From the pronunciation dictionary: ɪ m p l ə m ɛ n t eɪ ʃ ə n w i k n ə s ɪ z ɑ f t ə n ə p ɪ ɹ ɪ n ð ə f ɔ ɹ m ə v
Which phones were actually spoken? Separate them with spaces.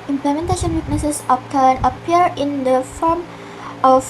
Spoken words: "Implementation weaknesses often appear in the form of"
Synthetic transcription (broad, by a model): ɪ m p l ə m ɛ n t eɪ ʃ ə n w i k n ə s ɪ s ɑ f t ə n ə p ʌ ɹ ɪ n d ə f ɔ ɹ m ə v